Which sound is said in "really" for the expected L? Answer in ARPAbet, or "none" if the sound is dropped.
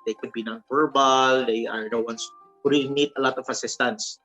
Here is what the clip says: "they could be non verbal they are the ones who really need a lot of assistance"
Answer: N